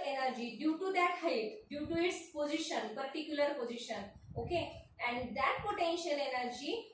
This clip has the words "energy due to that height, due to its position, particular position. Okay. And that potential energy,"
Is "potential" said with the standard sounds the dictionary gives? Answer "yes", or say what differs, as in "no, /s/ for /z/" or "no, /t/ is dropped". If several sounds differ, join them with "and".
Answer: yes